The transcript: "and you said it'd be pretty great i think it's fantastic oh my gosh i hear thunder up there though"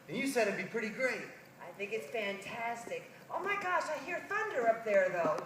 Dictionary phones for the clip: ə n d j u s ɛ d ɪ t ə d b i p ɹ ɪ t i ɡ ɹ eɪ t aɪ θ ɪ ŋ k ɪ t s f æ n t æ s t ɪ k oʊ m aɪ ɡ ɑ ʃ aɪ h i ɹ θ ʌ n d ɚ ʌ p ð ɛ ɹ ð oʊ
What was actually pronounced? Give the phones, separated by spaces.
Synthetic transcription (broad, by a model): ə n j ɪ s ɛ d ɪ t b i p ɹ ɪ t i ɡ ɹ eɪ t aɪ θ ɪ ŋ k ɪ t s f æ n t æ s t ɪ k oʊ m aɪ ɡ ɑ ʃ aɪ h i ɹ θ ʌ n d ɚ ʌ p ð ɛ ɹ ð oʊ